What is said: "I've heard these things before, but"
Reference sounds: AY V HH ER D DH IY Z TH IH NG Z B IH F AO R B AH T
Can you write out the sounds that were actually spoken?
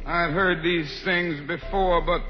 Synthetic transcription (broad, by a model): AY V HH ER D DH IY Z TH IH NG Z B IH F AO R B AH T